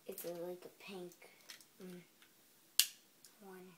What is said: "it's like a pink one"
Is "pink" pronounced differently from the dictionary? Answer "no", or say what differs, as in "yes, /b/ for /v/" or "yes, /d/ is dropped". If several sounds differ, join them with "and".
no